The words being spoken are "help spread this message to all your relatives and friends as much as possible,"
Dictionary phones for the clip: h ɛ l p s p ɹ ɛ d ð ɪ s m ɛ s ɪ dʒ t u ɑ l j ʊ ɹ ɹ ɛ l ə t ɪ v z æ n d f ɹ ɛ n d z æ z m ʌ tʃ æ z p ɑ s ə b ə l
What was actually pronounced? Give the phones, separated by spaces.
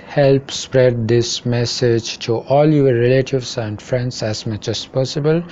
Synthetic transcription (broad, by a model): h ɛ l p s p ɹ ɛ d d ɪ s m ɛ s ɪ dʒ t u ɑ l j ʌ ɹ ɹ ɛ l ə t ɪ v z æ n d f ɹ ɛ n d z æ z m ʌ tʃ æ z p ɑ s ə b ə l